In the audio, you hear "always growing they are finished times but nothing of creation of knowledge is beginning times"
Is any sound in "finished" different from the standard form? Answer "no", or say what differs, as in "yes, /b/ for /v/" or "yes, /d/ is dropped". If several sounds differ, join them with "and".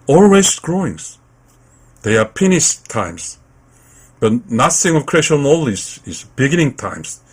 yes, /p/ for /f/